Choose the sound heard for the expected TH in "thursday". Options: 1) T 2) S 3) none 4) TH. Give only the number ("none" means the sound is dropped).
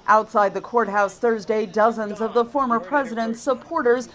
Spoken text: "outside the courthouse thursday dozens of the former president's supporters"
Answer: 4